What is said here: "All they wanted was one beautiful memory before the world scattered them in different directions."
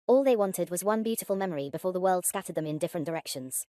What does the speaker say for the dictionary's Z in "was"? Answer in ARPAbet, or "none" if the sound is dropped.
Z